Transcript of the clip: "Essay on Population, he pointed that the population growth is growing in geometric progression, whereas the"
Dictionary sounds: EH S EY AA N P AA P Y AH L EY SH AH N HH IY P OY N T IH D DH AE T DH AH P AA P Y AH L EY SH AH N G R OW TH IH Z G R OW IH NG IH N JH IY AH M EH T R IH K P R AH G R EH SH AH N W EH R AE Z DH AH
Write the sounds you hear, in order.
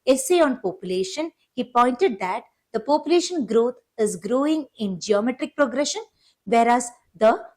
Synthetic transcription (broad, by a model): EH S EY AA N P AA P Y AH L EY SH AH N HH IY P OY N T IH D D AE T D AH P AA P Y AH L EY SH AH N G R OW T IH Z G R OW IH NG IH N JH IY AH M EH T R IH K P R AH G R EH SH AH N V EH R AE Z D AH